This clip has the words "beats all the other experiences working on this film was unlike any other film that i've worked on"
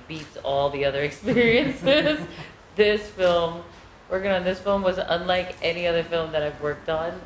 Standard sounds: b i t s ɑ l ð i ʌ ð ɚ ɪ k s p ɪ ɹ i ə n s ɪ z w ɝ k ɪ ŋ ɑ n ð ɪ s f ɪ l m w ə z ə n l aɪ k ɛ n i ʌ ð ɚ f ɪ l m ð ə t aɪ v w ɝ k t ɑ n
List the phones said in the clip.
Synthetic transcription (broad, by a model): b i t s ɑ l ð i ʌ ð ɚ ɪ k s p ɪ ɹ i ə n s ɪ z w ɝ k ɪ ŋ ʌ n ð ɪ s f ɪ l m w ə z ə n l aɪ k ɛ n i ʌ ð ɚ f ɪ l m ð ə t aɪ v w ɝ k t n